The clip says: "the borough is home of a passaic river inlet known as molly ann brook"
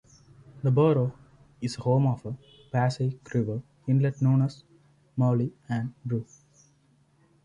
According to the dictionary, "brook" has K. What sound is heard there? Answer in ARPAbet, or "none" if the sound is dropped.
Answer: none